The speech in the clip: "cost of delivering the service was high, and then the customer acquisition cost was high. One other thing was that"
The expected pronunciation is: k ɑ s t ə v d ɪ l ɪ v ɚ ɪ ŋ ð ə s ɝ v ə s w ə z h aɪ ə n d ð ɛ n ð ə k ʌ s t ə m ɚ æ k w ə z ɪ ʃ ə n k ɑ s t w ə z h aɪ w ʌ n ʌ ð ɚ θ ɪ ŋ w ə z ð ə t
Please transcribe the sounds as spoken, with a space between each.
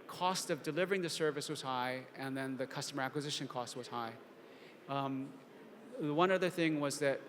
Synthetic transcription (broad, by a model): k ɑ s t ə v d ɪ l ɪ v ɚ ɪ ŋ ð ə s ɝ v ə s w ə z h aɪ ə n ð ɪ n ð ə k ʌ s t ə m ɚ æ k w ə z ɪ ʃ ə n k ɑ s t w ə z h aɪ w ʌ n ʌ ð ɚ θ ɪ ŋ w ə z ð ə t